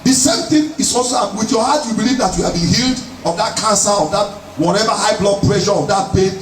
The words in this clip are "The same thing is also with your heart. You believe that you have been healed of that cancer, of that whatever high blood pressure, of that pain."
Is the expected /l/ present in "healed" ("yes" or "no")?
yes